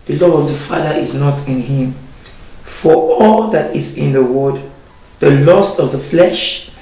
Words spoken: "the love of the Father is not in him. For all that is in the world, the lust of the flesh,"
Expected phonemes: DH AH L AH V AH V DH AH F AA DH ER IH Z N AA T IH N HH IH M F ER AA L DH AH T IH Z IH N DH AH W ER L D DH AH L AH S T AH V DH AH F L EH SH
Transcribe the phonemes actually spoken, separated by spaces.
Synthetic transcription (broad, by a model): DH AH L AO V AH V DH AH F AA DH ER IH Z N AA T IH N HH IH M F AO AA L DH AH T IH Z IH N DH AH W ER D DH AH L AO S T AH V DH AH F L EH SH